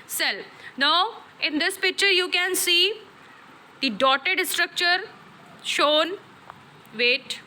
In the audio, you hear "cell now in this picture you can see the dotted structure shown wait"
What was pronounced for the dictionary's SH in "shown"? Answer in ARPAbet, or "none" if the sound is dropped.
SH